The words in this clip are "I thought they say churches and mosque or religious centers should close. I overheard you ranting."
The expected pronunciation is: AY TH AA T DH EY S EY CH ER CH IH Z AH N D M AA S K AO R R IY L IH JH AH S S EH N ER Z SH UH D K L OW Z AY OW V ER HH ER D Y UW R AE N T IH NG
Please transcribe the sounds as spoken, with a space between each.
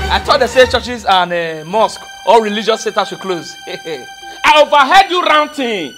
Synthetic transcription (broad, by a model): AY T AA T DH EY S EY CH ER CH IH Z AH N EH M AA S K AO L R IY L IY JH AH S S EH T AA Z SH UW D K L OW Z AY OW V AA HH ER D Y UW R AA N T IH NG